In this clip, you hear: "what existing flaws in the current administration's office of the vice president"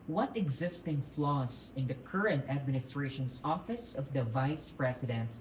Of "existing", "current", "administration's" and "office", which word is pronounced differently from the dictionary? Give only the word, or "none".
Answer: administration's